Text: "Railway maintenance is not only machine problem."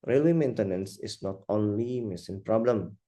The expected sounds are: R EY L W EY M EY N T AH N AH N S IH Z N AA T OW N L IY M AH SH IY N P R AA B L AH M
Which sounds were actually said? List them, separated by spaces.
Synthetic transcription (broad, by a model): R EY L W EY M EY N T AH N AH N S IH S N AA T OW N L IY M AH S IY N P R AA B L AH M